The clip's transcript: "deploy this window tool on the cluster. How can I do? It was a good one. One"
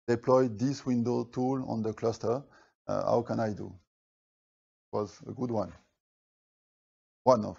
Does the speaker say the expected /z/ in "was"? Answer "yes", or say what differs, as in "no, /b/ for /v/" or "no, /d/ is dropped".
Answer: yes